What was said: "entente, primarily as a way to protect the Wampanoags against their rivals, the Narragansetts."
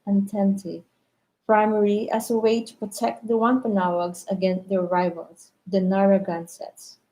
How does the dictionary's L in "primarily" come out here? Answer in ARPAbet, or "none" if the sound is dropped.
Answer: none